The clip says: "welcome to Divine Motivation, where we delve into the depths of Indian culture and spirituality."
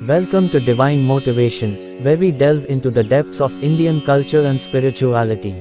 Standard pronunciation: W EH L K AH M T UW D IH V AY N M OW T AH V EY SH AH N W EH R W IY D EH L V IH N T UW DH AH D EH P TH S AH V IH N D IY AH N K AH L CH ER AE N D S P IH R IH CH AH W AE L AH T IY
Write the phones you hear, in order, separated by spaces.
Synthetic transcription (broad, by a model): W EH L K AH M T UW D IH V AY N M OW T AH V EY SH AH N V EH R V IY D EH L V IH N T UW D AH D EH P T S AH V IH N D IY AH N K AH L CH ER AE N D S P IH R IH CH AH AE L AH T IY